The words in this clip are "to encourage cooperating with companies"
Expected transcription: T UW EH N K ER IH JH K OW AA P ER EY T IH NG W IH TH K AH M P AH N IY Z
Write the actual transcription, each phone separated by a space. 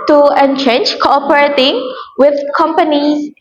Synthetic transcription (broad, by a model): T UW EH N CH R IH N K OW AA P ER EY T IH NG W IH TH K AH M P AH N IY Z